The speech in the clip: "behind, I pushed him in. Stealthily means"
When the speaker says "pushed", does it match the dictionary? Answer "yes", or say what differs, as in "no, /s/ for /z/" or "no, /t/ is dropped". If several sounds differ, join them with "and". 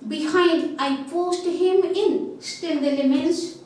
no, /s/ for /ʃ/